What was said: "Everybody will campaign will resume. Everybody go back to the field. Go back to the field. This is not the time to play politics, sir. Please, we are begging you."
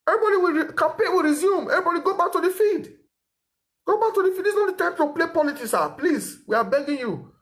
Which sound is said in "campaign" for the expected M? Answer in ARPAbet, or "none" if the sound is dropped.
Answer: none